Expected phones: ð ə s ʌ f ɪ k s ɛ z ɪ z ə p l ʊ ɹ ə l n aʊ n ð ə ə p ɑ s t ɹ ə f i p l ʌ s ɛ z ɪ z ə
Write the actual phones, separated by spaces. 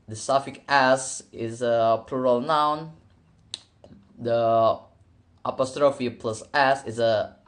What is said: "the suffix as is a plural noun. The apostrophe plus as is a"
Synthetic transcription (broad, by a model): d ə s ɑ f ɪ k ɛ s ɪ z ə p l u ɹ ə l n aʊ n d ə ə p ɑ s t ɹ ə f i p l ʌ s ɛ s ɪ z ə